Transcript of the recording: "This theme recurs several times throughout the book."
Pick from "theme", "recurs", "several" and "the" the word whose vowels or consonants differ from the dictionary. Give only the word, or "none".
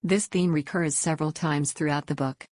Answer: none